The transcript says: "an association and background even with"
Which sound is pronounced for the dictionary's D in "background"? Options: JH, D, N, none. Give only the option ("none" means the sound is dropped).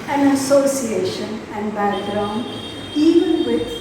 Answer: none